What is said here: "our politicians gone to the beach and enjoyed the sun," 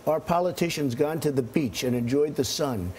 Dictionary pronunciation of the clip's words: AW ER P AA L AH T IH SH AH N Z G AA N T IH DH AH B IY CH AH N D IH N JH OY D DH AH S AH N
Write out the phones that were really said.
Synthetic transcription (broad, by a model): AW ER P AA L AH T IH SH AH N Z G AA N T IH DH AH B IY CH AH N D IH N JH OY D DH AH S AH N